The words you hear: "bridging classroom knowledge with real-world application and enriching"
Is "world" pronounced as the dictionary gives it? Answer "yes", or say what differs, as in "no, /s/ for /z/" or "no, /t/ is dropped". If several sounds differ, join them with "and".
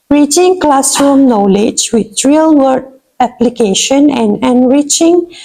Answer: no, /l/ is dropped